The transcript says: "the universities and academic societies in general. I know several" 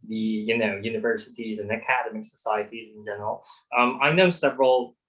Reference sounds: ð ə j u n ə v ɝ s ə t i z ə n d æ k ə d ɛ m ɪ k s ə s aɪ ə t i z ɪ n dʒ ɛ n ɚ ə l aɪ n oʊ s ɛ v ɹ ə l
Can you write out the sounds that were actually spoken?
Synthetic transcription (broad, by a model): ð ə j u n ə v ɝ s ə t i z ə n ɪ k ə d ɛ m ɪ k s ə s aɪ ə t i z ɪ n dʒ ɛ n ɚ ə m aɪ n oʊ s ɛ v ɹ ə l